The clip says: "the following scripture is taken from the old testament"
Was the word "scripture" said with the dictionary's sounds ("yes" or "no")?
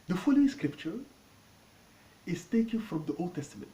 yes